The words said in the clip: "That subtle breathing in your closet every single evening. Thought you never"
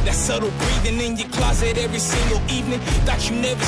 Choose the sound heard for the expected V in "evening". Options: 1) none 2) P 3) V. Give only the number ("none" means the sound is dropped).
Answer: 3